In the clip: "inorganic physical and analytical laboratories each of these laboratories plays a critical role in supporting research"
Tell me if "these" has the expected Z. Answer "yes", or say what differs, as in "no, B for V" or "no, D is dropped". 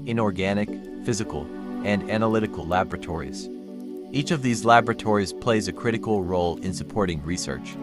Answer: yes